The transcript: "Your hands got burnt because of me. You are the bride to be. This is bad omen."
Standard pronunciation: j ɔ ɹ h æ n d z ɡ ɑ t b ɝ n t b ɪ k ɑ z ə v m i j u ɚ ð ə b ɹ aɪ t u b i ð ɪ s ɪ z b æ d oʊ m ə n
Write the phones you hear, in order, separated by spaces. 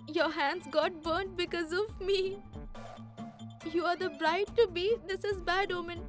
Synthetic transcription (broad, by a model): j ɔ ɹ h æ n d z ɡ ɑ t b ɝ n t b ɪ k ɑ z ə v m i j u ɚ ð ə b ɹ aɪ t u b i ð ɪ s ɪ z b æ d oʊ m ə n